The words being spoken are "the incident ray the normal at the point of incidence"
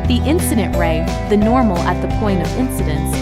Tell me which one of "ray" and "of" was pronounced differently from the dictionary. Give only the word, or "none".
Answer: none